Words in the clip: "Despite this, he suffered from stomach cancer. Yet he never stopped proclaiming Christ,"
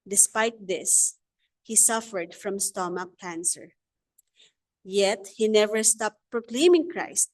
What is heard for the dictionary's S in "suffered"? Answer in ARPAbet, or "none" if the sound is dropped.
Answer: S